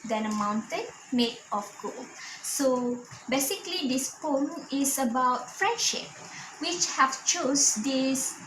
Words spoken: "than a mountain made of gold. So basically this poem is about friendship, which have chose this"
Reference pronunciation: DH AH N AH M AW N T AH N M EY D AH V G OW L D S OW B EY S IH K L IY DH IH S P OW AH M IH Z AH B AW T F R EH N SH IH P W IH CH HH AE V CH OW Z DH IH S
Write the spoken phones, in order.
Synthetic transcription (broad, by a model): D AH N AH M AW N T AH N M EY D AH F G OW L S OW B EY S IH K L IY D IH S P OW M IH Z AH B AW T F R EH N SH IH P W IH CH HH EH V CH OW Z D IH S